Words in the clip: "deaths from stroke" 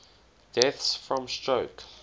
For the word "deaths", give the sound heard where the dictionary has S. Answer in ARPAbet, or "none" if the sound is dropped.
S